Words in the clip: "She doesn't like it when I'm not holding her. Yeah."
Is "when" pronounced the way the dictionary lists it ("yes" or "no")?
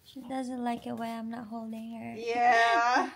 no